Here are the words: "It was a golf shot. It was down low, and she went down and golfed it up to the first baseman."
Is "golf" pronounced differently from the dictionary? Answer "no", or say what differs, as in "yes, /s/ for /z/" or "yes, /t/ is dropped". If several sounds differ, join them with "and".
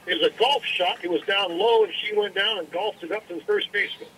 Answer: no